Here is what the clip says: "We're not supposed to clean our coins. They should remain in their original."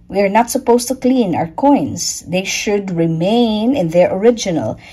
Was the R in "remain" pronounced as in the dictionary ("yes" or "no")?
yes